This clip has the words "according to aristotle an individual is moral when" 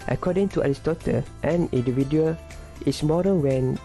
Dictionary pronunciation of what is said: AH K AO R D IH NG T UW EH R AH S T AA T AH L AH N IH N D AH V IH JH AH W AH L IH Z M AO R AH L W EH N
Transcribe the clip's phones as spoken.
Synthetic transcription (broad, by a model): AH K AO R D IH NG T UW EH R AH S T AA T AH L AH N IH N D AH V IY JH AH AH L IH S M AO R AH N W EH N